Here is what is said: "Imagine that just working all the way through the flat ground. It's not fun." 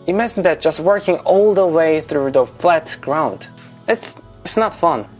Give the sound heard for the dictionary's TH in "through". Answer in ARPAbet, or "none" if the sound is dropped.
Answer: TH